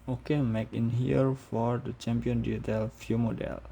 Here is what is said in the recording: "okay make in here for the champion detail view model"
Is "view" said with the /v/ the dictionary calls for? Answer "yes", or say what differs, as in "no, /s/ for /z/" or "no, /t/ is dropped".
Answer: no, /f/ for /v/